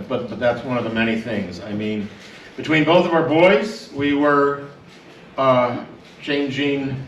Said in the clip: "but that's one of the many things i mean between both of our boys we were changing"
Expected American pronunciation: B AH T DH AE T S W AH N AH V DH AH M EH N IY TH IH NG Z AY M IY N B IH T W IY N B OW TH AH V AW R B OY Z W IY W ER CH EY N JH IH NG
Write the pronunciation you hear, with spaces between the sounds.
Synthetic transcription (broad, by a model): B AH T DH AE T S W AH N AH V DH AH M EH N IY TH IH NG Z AY M IY N B IH T W IY N B OW TH AH V AW R B OY Z W IY W ER CH EY N JH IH NG